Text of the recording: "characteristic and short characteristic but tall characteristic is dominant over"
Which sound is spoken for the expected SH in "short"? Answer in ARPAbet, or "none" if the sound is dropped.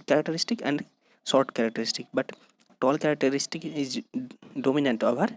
S